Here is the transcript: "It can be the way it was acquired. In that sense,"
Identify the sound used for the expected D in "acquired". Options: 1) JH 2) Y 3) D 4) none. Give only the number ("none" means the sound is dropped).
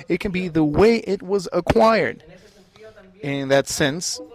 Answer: 3